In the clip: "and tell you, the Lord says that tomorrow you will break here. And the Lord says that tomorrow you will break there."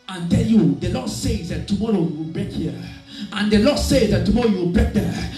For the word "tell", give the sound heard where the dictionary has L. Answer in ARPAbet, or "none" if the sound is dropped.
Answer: N